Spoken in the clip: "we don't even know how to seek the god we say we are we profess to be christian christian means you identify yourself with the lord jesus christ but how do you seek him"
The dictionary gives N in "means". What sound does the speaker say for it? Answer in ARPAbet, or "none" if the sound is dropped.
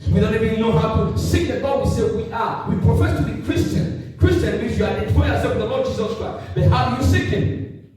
none